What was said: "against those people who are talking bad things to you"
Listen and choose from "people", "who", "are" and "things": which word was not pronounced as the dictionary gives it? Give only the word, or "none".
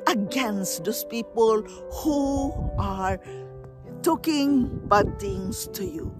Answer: things